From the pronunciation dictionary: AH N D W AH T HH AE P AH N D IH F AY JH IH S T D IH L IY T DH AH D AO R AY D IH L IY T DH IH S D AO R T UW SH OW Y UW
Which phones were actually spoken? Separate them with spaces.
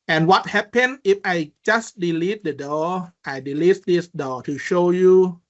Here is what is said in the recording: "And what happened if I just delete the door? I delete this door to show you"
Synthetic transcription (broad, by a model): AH N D W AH T HH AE P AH N IH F AY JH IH S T D IH L IY T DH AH D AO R AY D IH L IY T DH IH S D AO T UW SH OW Y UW